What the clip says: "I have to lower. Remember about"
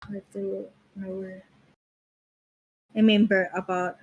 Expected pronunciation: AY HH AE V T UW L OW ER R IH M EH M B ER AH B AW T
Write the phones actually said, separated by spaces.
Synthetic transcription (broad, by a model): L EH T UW N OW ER R IH M EH M B ER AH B AW T